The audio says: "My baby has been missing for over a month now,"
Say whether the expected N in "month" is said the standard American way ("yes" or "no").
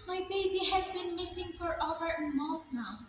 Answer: no